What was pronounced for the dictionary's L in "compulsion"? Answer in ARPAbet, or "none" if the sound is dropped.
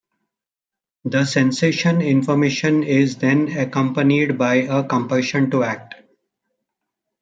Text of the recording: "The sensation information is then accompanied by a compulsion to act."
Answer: none